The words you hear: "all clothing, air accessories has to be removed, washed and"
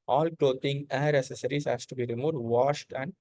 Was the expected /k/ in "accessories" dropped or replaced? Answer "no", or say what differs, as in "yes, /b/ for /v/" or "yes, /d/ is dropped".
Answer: yes, /k/ is dropped